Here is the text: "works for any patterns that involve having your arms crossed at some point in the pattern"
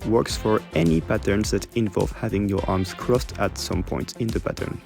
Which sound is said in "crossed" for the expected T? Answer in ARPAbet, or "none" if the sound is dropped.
T